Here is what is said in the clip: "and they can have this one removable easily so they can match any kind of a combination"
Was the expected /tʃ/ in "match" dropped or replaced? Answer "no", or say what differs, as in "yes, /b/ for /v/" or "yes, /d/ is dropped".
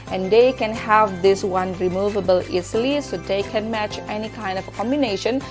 no